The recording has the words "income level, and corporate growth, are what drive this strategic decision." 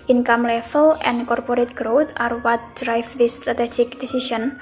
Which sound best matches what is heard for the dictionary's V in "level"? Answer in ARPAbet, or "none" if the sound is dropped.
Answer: F